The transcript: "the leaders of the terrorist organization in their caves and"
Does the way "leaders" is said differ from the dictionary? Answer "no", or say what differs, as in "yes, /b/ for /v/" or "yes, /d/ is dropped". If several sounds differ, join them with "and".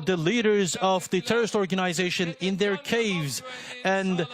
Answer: no